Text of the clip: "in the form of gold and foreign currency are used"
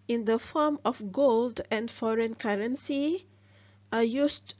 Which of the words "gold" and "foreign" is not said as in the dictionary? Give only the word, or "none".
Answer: none